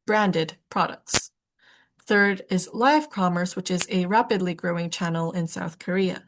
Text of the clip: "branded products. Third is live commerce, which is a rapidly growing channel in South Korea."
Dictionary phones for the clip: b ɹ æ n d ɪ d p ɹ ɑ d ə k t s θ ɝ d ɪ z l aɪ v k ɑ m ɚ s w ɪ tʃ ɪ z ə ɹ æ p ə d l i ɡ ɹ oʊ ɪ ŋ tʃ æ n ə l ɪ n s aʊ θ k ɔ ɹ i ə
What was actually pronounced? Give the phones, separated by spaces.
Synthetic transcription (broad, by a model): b ɹ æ n d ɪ d p ɹ ɑ d ə k t s θ ɝ d ɪ z l aɪ v k ɑ m ɚ s w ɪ tʃ ɪ z ə ɹ æ p ə d l i ɡ ɹ oʊ ɪ ŋ tʃ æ n l ɪ n s aʊ θ k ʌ ɹ i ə